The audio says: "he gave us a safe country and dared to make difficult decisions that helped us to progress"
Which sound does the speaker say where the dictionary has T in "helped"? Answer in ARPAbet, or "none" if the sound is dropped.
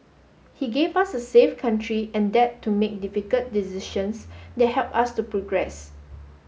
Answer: none